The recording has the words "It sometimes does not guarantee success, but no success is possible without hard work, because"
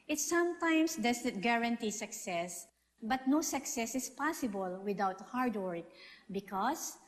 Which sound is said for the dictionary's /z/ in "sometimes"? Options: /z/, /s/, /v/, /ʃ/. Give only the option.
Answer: /s/